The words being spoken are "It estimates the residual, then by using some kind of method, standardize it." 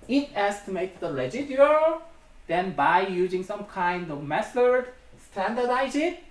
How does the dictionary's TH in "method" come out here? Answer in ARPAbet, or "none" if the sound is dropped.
S